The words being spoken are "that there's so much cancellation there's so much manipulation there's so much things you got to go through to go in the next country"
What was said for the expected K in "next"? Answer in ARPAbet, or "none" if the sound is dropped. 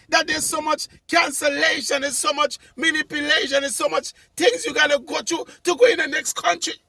K